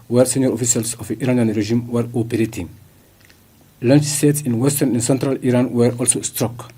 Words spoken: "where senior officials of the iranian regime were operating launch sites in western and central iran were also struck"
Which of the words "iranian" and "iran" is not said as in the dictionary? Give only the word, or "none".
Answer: none